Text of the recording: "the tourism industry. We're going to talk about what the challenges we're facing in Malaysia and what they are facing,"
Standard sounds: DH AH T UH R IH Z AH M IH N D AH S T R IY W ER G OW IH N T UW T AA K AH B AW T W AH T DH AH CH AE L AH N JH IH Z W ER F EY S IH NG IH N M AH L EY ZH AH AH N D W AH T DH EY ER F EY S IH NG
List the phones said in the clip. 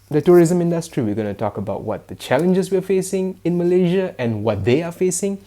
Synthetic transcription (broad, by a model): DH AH T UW R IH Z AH M IH N D AH S T R IY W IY G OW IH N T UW T AA K AH B AW T W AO T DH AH CH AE L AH N JH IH S W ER F EY S IH NG IH N M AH L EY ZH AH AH N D W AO T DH EY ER F EY S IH NG